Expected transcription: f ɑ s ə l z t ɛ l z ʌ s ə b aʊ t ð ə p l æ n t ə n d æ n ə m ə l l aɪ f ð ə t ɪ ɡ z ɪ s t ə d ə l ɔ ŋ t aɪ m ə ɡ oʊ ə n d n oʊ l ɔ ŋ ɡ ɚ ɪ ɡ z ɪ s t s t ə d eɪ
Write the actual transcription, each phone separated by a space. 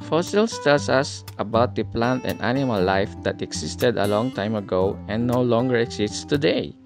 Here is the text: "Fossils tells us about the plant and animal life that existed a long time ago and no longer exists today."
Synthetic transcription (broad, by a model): f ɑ s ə l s t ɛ l s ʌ s ə b aʊ t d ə p l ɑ n t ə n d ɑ n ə m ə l l aɪ f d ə t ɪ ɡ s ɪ s t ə d ə l ɔ ŋ t aɪ m ə ɡ oʊ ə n n oʊ l ɔ ŋ ɡ ɚ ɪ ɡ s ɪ s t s t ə d eɪ